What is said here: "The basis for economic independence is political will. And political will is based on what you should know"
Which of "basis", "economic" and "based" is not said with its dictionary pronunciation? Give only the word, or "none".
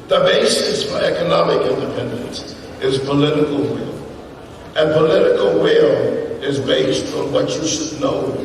none